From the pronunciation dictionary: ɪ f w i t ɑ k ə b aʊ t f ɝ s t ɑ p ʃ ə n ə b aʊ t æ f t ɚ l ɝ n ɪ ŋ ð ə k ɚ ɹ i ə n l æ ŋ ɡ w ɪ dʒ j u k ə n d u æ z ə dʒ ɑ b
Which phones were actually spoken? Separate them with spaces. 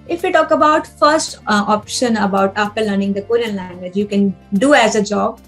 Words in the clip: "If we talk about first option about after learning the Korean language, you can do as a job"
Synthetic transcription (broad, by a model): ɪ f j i t ɑ k ə b aʊ t f ɝ s t ɑ p ʃ ə n ə b aʊ t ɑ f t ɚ l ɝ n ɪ ŋ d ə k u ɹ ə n l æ ŋ ɡ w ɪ dʒ j u k ə n d u æ z ə dʒ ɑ b